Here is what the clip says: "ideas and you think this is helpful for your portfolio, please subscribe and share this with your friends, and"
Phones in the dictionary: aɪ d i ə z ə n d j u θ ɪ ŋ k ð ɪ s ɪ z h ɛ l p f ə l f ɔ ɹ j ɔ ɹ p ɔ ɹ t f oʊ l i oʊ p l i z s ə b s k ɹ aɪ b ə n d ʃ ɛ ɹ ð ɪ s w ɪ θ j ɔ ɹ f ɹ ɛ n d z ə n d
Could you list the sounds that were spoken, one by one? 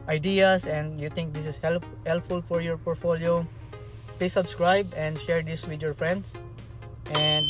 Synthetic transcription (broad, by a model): aɪ d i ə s ə n d j u t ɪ ŋ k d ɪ s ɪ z h ɛ l p f ə l f ɔ ɹ j ɔ ɹ p ɔ ɹ t f oʊ l i oʊ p l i s ə b s k ɹ aɪ b ə n d ʃ ɛ ɹ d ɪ s w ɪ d j ɔ ɹ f ɹ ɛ n d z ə n d